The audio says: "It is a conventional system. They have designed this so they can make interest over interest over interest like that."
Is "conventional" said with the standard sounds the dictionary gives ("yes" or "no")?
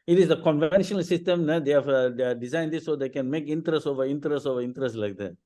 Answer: yes